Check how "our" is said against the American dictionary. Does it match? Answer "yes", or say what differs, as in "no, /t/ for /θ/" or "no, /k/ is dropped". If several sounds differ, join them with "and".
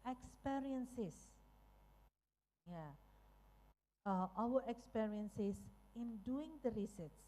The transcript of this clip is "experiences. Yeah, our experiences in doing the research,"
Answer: no, /w/ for /ɹ/